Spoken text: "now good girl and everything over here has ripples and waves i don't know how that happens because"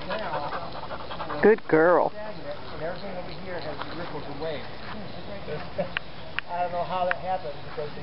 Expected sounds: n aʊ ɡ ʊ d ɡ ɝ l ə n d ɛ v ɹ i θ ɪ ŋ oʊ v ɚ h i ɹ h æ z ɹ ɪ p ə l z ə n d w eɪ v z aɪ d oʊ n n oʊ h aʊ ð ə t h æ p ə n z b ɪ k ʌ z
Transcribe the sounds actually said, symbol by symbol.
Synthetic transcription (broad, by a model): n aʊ ɡ ʊ d ɡ ɝ l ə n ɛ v ɹ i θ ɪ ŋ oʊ w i h i ɹ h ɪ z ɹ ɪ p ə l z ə w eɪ aɪ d oʊ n n oʊ h aʊ ð ə t h æ p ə n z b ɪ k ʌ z